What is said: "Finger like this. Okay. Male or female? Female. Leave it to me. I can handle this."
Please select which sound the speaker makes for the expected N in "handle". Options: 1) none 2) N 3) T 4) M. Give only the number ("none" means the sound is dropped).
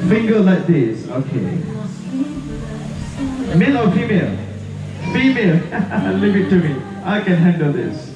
2